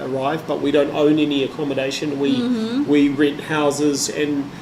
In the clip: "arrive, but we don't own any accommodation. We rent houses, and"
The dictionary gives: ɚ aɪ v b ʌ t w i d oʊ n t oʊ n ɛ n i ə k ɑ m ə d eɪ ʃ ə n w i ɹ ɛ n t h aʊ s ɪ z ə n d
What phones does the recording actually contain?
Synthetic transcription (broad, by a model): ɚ aɪ v b ʌ t w i d oʊ n t oʊ n ɛ n i ə k ɑ m ə d eɪ ʃ ə n w i w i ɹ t h aʊ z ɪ z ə n